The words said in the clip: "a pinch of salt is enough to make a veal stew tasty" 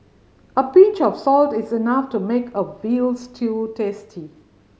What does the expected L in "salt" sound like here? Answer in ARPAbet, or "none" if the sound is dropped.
L